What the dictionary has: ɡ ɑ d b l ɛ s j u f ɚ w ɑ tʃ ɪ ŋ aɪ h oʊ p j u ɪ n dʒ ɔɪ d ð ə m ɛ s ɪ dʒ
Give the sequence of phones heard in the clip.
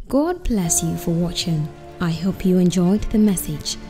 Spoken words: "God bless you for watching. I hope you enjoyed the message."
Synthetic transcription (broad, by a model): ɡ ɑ d b l ɛ s j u f ɚ w ɑ tʃ ɪ ŋ aɪ h oʊ p j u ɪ n dʒ ɔɪ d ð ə m ɛ s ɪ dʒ